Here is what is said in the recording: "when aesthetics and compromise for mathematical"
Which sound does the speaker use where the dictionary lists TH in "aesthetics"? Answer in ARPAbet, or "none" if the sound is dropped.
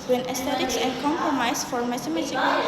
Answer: T